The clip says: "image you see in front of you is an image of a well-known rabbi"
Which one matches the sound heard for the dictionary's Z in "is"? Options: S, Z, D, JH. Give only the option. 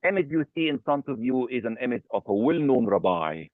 Z